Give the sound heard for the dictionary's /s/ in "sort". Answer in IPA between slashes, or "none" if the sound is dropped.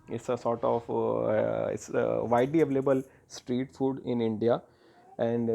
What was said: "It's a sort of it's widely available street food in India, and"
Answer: /s/